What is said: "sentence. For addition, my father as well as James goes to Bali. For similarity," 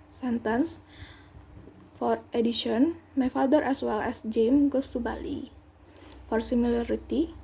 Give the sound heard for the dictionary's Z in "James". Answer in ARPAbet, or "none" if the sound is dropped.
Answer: none